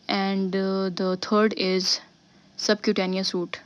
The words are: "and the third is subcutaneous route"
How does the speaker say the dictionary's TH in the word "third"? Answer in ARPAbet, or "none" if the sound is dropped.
T